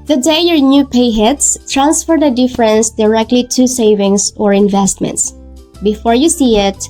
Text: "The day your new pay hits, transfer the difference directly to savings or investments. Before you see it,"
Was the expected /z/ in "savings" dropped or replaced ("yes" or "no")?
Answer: yes